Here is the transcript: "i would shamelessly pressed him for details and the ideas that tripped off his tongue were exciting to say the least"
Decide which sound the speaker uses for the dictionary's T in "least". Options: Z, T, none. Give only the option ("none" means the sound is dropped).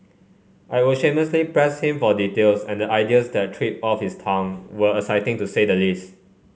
T